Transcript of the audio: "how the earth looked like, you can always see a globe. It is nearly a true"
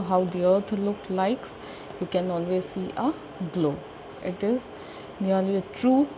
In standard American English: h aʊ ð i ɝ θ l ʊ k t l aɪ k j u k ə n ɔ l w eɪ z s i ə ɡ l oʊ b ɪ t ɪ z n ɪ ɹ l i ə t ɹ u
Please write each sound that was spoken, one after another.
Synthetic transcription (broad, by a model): h aʊ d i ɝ t l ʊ k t l aɪ k j u k ə n ɔ l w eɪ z s i ə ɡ l oʊ ɪ t ɪ z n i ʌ l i ə t ɹ u